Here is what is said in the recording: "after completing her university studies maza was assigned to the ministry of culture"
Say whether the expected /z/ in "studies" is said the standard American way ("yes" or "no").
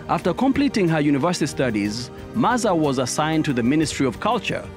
yes